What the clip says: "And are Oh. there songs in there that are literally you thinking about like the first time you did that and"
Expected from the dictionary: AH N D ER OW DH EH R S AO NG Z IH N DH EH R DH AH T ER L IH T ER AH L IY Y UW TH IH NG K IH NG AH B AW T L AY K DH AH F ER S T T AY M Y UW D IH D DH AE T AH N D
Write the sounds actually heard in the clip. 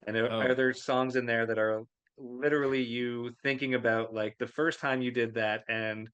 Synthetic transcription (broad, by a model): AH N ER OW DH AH R S AO NG Z IH N DH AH R DH AH T ER L IH T ER L IY Y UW TH IH NG K IH NG AH B AW T L AY K DH AH F ER S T T AY M Y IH D IH D DH AE T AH N